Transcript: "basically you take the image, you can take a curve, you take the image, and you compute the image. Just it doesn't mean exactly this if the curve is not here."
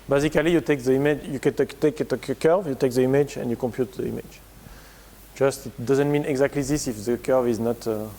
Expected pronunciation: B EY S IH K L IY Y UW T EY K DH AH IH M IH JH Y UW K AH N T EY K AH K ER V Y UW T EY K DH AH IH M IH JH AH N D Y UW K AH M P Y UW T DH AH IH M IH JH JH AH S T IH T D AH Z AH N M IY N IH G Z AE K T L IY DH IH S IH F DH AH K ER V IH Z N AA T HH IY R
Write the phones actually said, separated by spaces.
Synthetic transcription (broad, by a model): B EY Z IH K L IY Y UW T EY K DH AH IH M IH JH Y UW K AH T T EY K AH K ER V Y UW T EY K DH AH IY M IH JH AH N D Y UW K AH M P Y UW T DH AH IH M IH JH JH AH S T IH T D AH Z AH N M IY N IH G Z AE K T L IY DH IH S IH F DH AH K ER V IH Z N AA T